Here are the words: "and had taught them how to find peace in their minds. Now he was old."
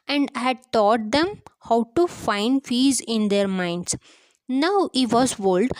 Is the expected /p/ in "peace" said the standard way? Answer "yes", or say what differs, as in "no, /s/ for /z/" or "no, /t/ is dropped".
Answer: no, /f/ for /p/